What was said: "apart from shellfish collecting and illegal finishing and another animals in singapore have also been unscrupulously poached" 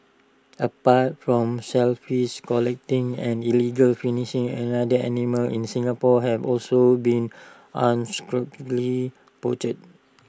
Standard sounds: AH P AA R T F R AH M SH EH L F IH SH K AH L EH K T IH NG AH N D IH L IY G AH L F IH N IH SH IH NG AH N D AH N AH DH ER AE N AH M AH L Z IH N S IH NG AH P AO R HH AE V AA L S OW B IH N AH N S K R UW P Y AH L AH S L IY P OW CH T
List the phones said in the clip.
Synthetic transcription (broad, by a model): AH P AA T F R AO M S EH L F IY S K AH L EH K T IH NG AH N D IH L IY G AH L F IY N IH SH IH NG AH N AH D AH ER N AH M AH L IH N S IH NG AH P AO HH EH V AA L S OW B IH N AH N S K R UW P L L IY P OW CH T